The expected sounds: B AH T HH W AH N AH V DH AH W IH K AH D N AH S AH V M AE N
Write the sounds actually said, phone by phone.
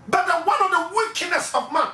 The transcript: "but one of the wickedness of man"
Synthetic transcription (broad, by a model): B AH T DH W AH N AH V DH AH W IH K AH D N AH S AH V M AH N